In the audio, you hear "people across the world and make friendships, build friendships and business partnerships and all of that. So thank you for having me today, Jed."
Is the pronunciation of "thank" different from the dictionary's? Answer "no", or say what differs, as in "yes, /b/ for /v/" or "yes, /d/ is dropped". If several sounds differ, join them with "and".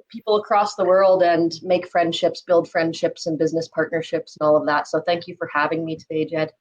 no